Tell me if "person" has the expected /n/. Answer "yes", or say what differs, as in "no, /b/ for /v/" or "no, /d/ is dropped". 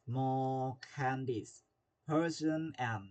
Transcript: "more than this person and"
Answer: yes